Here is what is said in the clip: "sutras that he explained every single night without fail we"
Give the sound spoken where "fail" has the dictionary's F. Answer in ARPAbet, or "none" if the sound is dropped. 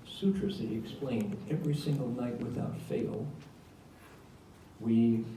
F